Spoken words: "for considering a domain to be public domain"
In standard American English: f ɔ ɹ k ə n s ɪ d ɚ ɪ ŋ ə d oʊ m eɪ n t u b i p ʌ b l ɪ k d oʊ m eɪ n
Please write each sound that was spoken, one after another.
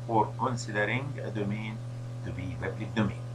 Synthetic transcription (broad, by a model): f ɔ ɹ k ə n s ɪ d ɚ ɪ ŋ ə d oʊ m eɪ n t u b i b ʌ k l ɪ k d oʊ m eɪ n